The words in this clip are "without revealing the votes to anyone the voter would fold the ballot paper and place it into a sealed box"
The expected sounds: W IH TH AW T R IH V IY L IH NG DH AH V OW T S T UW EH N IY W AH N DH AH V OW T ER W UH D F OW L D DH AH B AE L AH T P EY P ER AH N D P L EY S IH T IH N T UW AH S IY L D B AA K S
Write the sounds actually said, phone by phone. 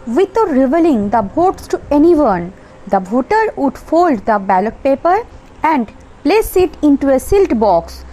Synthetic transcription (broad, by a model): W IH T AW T R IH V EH L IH NG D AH B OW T S T UW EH N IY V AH N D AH B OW T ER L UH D F OW L D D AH B AE L AH T P EY P ER AH N D P L EY S IH T IH N T UW AH S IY L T B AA K S